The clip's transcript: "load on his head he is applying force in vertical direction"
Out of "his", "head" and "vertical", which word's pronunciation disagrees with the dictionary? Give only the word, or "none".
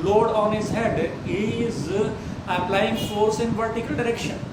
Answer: vertical